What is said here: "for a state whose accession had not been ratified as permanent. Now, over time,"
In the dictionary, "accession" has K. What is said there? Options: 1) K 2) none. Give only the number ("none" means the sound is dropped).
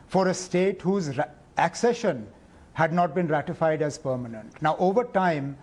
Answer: 1